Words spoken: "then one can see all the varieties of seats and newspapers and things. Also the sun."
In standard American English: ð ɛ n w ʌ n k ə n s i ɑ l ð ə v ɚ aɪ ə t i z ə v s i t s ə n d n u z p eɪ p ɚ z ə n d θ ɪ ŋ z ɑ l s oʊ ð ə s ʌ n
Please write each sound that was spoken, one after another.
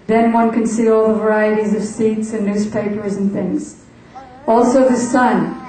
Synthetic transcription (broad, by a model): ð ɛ n w ʌ n k ə n s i ɑ l ð ə v ɚ aɪ ə t i z ə v s i t s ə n n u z p eɪ p ɚ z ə n θ ɪ ŋ z ɑ l s oʊ ð ə s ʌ n